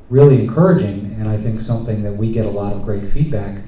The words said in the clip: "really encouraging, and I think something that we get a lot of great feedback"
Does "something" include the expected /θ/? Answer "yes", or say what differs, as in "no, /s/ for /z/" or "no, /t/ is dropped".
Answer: yes